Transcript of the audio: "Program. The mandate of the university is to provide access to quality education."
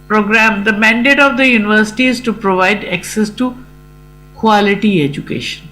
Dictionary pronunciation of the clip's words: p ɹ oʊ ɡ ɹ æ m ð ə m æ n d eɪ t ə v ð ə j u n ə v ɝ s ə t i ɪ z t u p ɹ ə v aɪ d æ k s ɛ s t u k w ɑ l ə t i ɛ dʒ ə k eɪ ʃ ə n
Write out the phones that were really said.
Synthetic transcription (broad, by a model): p ɹ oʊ ɡ ɹ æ m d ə m æ n d eɪ t ə v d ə j u n ə v ɝ s ə t i ɪ z t u p ɹ ə v aɪ d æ k s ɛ s t u k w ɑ l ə t i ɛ dʒ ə k eɪ ʃ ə n